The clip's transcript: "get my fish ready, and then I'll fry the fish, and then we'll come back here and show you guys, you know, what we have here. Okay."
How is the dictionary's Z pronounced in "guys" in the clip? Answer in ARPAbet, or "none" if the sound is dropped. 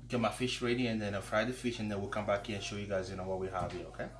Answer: Z